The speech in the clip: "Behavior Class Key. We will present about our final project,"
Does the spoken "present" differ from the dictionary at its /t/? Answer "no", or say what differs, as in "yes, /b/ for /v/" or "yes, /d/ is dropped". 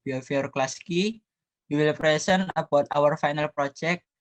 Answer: yes, /t/ is dropped